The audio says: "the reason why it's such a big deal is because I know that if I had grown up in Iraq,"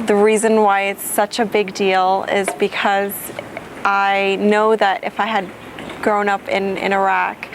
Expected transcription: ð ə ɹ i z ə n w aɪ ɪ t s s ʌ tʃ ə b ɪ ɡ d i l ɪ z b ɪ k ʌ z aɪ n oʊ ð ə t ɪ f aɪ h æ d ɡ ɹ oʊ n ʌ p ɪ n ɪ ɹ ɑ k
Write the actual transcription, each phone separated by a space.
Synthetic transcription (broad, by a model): ð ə ɹ i z ə n w aɪ ɪ t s s ʌ tʃ ə b ɪ ɡ d i l ɪ z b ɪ k ʌ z aɪ n oʊ ð ə t ɪ f aɪ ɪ d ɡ ɹ oʊ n ʌ p ɪ n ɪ ɹ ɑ k